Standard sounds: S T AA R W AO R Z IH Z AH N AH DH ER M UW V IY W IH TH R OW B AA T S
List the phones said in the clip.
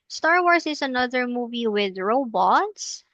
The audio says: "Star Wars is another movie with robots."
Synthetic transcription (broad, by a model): S T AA R W AO R S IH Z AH N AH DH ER M UW V IY W IH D R OW B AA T S